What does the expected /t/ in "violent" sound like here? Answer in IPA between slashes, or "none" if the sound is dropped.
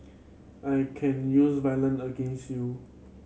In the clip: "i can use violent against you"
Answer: none